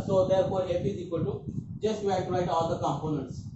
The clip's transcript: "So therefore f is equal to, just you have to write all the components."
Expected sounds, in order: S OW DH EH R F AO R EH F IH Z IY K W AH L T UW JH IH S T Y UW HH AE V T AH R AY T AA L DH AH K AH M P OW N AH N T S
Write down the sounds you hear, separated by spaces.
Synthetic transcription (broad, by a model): S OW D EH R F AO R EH P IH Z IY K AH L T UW JH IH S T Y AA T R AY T AA L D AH K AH M P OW N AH N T S